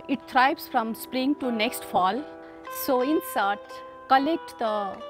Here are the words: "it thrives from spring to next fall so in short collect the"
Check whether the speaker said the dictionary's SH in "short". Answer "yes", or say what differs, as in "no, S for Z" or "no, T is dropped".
no, S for SH